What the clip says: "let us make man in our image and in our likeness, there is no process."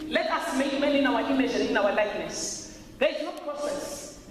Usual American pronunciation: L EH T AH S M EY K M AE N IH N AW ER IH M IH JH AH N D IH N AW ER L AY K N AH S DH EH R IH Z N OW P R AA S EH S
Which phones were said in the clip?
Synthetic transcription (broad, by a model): L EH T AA S M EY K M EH L IH N AW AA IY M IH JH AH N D IH N AW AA L AY K N AH S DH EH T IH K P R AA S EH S